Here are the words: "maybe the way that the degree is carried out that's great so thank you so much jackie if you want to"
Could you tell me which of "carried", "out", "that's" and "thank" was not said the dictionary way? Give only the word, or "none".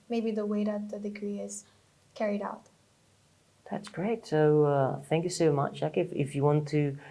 none